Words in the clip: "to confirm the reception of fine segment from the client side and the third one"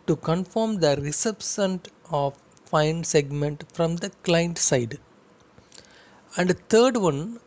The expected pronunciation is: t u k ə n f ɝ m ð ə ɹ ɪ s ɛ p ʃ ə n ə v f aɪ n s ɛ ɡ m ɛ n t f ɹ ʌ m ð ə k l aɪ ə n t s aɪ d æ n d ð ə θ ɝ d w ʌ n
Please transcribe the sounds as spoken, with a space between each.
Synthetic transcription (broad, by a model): t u k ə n f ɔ m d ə ɹ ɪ s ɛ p s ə n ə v f aɪ n s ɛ ɡ m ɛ n t f ɹ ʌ m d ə k l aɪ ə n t s aɪ d æ n d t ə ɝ d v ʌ n